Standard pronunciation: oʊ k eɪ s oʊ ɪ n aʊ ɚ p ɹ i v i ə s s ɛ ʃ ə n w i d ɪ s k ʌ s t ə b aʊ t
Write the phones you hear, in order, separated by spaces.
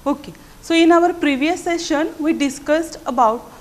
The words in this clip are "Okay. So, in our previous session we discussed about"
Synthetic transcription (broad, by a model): oʊ k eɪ s oʊ ɪ n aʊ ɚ p ɹ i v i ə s s ɛ ʃ ə n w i d ɪ s k ʌ s t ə b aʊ t